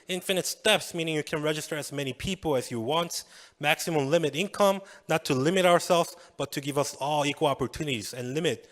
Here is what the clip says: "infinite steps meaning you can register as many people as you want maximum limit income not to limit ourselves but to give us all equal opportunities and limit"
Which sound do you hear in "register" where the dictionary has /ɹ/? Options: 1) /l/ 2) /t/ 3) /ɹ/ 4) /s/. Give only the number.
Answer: 3